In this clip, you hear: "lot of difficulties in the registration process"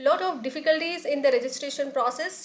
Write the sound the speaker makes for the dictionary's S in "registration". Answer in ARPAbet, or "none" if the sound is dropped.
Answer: S